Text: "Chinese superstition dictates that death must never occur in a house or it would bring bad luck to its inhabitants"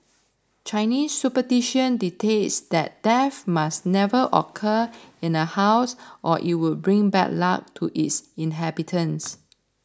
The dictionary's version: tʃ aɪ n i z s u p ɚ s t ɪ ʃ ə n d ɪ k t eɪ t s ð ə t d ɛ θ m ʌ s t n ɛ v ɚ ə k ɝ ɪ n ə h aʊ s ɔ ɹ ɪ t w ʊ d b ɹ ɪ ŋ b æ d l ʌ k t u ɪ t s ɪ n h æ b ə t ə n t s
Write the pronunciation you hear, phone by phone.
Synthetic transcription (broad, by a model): tʃ aɪ n i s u p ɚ t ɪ ʃ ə n d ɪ t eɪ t s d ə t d ɛ f m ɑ s n ɛ v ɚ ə k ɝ ɪ n ə h aʊ s ɔ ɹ ɪ t w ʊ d b ɹ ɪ ŋ b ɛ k l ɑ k t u ɪ t s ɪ n h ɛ b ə t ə n s